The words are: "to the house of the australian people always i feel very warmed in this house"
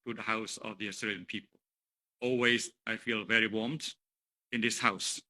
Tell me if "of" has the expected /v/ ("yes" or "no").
yes